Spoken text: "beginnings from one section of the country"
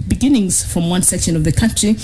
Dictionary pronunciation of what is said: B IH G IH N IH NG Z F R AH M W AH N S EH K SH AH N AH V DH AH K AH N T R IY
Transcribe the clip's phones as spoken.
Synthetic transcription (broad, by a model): B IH G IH N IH NG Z F R AH M W AH N S EH K SH AH N AH V DH AH K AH N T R IY